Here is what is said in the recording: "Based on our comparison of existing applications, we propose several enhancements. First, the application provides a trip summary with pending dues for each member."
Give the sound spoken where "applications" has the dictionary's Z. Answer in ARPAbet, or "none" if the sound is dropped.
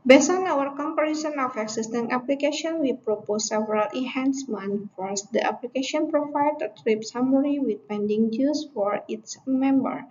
none